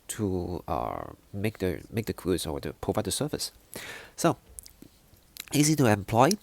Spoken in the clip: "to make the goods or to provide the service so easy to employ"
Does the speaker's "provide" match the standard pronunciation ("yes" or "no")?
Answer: yes